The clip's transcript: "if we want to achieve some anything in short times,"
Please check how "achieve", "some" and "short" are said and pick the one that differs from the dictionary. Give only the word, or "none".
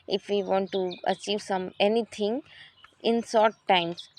short